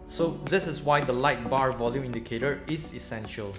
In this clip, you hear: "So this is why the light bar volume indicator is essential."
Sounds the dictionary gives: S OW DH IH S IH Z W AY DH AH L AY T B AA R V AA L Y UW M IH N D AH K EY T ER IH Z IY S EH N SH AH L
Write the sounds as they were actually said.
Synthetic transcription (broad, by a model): S OW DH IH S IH S W AY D AH L AY T B AA R V AA L Y UW M IH N D AH K EY T ER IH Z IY S EH N SH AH L